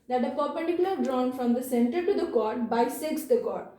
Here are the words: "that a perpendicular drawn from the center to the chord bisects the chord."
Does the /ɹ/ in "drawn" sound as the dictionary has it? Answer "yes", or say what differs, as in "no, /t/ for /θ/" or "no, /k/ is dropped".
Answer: yes